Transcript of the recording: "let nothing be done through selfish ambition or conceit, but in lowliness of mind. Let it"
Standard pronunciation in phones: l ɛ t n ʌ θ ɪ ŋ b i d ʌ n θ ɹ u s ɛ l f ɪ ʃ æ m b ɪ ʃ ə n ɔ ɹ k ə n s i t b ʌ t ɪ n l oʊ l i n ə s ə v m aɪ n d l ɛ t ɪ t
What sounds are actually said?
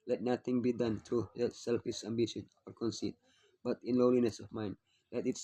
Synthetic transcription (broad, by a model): l ɛ t n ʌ t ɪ ŋ b i d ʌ n t ɹ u s ɛ l f ɪ ʃ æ m b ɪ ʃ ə n ɔ ɹ k ə n s i t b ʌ t ɪ n l oʊ l i n ə s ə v m aɪ n d l ɛ t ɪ t